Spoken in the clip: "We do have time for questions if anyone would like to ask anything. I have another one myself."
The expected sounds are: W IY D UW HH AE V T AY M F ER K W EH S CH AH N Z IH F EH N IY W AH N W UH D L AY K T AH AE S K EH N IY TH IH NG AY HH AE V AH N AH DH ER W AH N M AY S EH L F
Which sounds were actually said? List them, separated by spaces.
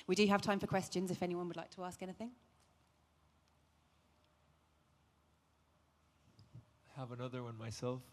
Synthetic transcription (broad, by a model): W IY D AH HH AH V T AY M F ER K W EH S CH AH N Z IH F EH N IY W AH N W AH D L AY K T AH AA S K EH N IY TH IH NG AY HH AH V AH N AH DH ER W AH N M AY S EH L F